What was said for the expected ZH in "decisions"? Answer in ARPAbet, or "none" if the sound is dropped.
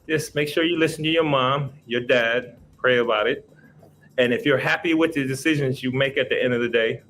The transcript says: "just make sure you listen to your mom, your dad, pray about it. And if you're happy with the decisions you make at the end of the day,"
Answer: ZH